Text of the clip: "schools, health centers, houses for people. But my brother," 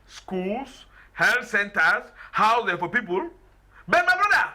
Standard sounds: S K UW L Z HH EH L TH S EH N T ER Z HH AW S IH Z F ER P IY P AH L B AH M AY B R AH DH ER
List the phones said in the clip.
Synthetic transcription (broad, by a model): S K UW L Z HH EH L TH S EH N T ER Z HH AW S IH F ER P IY P AH L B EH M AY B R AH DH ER